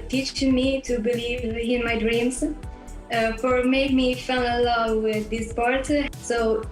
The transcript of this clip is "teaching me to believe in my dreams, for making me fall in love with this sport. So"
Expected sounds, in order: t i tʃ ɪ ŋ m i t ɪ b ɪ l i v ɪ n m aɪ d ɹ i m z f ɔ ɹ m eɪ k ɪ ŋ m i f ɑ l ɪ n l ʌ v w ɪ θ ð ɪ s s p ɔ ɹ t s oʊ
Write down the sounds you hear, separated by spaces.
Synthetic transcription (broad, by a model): t i tʃ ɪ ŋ m i t ɪ b ɪ l i v ɪ n m aɪ d ɹ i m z f ɔ ɹ m eɪ ɪ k m i f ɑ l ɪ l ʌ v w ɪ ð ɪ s s p ɔ ɹ t s oʊ